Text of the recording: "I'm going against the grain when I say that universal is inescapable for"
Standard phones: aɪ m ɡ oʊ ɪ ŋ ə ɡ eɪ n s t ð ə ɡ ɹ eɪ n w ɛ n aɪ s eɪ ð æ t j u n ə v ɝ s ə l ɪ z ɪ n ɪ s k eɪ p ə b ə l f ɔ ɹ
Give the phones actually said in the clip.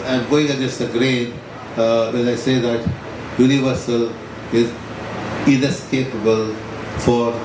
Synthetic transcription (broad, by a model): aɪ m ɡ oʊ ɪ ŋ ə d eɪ s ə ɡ ɹ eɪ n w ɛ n aɪ s eɪ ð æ t j u n ə v ɝ s ə l ɪ z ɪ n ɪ s k eɪ p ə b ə l f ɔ ɹ